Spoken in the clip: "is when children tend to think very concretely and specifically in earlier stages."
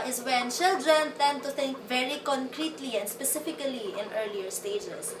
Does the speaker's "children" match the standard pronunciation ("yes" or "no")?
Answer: no